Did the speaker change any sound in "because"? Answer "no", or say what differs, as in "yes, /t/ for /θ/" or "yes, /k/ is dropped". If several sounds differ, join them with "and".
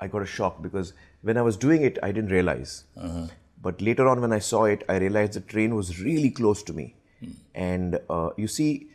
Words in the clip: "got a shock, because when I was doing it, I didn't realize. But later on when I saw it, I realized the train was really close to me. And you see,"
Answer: no